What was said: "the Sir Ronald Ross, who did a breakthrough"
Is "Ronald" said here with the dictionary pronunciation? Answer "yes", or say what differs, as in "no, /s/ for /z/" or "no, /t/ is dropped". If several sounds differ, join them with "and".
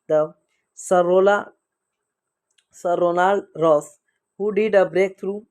no, /l/ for /ɹ/